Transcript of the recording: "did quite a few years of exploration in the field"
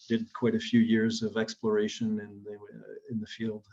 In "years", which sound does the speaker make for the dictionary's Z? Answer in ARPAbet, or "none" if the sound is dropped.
Z